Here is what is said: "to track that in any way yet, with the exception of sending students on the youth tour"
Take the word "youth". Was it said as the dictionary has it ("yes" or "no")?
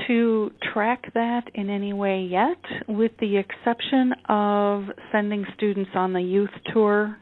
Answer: yes